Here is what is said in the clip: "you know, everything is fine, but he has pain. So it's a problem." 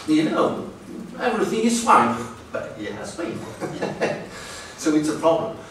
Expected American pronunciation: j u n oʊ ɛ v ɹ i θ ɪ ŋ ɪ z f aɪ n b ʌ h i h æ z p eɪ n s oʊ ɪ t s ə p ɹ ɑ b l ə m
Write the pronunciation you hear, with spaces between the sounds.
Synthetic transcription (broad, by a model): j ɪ n oʊ ɛ v ɹ i θ ɪ ŋ ɪ z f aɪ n b ʌ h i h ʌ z b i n s oʊ ɪ t s ə p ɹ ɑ b l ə m